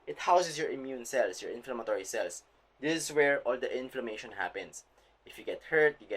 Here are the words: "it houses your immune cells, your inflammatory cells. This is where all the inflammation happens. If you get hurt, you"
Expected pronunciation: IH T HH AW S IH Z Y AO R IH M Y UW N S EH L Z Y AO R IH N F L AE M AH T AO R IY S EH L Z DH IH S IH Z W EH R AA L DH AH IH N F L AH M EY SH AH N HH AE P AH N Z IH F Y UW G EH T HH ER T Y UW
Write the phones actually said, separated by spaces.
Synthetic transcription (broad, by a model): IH T HH AW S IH S Y AO R IH M Y UW N S EH L S Y AO R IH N F L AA M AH T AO R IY S EH L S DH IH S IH S W EH R AA L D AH IH N F L AH M EY SH AH N HH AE P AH N S IH F Y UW G EH T HH ER T Y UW